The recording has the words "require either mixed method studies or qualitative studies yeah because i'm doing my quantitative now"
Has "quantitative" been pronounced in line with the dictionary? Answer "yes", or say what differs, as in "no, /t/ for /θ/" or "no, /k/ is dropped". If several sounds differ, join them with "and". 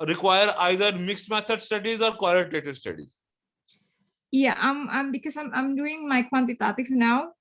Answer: no, /f/ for /v/